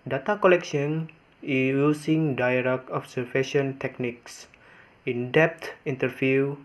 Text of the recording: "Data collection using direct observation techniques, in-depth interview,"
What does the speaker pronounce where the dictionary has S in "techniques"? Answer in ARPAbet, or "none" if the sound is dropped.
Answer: S